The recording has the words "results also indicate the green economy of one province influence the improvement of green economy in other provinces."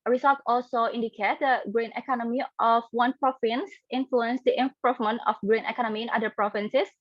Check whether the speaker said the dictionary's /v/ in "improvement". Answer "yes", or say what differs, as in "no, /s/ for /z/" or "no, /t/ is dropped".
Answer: no, /f/ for /v/